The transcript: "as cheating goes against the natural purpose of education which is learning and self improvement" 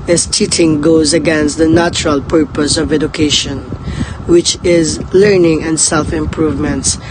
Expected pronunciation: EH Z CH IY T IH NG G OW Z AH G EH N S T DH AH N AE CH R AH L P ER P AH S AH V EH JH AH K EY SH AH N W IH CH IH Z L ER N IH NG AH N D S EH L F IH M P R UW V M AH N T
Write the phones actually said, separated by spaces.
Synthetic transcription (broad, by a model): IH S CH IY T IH NG G OW Z AH G EH N S T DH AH N AE CH R AH L P ER P AH S AH V EH JH AH K EY SH AH N W IH CH IH Z L ER N IH NG AH N D S EH L F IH M P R UW V M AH N T